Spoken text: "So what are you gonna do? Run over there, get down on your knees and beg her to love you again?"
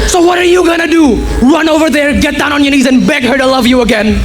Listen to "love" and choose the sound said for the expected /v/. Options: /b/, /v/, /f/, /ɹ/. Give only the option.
/v/